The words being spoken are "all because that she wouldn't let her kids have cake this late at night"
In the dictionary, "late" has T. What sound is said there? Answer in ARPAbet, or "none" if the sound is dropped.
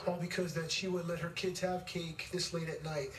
T